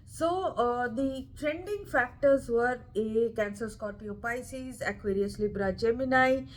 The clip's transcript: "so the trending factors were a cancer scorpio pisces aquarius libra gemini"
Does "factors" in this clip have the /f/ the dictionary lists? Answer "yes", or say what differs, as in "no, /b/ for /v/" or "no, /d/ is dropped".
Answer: yes